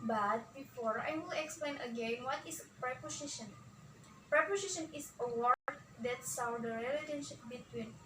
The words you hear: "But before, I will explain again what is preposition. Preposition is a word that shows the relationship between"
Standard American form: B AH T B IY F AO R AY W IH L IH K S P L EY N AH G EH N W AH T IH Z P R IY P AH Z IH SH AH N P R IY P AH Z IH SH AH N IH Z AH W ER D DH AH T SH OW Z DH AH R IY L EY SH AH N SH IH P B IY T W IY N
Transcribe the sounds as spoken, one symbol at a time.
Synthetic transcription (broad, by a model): B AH T B IY F AO R AY W IH L IH K S P L EY N AH G EH N W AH T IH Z P R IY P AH S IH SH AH N P R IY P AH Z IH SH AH N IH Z AH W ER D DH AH T S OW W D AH R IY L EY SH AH N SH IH P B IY T W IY N